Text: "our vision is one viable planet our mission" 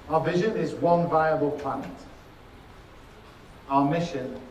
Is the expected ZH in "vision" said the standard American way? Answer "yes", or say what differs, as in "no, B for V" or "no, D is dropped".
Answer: yes